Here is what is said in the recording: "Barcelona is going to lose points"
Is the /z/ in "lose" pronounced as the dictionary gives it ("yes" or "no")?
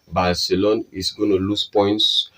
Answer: no